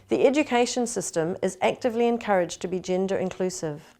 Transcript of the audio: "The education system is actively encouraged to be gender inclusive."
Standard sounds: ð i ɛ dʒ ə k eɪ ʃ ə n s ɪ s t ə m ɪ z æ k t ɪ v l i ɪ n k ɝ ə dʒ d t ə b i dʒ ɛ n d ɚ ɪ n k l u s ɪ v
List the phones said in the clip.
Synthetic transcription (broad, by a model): ð i ɛ dʒ ə k eɪ ʃ ə n s ɪ s t ə m ɪ z æ k t ɪ v l i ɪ n k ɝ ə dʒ t ə b i dʒ ɛ n d ɚ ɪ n k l u s ɪ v